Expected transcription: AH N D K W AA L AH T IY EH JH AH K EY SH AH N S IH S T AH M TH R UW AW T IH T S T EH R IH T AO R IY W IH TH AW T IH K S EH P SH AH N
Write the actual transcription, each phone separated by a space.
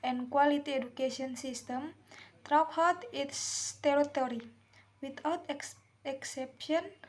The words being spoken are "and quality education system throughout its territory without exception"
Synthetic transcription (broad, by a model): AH N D K W AA L AH T IY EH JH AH K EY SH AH N S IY S T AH M T R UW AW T IH T S T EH R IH T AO R IY W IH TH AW T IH K S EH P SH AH N